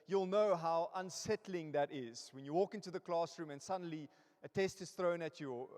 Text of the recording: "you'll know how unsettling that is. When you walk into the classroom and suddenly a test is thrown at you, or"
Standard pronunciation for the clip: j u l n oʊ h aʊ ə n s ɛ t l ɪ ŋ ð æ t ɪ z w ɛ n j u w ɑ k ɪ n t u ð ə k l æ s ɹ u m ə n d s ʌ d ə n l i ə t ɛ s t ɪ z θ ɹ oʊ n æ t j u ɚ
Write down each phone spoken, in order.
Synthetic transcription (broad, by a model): j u l n oʊ h aʊ ə n s ɛ t l ɪ ŋ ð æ t ɪ z w ɛ n j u w ɑ k ɪ n t u ð ə k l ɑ s ɹ u m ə n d s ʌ d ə n l i ə t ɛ s t ɪ z θ ɹ oʊ n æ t j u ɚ